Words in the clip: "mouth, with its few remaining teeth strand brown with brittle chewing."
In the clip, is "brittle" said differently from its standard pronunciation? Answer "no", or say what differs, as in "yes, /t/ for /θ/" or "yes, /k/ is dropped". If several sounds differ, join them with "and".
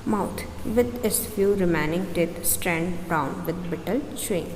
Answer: yes, /ɹ/ is dropped